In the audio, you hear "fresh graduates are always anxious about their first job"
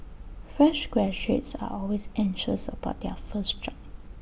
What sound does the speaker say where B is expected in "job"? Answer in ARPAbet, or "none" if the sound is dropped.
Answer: none